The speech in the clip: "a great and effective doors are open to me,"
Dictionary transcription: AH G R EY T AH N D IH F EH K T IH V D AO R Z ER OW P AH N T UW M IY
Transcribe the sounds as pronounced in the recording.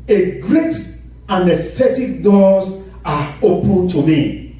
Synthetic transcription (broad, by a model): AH G R EY T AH N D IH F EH T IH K D AO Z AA OW P AH N T UW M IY